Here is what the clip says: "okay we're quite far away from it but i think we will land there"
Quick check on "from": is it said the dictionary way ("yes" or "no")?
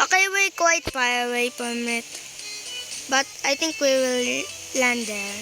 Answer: no